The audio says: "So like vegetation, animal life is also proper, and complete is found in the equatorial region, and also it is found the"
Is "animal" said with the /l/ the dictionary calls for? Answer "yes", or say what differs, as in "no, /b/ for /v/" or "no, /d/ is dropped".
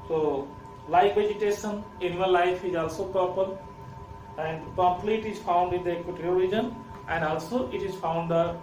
no, /n/ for /l/